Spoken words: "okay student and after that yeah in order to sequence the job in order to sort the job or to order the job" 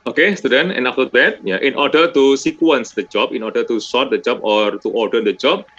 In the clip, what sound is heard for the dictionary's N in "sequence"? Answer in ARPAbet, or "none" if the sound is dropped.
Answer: N